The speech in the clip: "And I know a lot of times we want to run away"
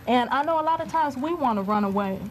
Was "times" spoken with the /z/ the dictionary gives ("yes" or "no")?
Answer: yes